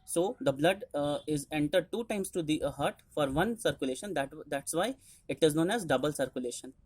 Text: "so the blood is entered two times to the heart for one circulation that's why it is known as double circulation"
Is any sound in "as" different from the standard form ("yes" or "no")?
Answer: no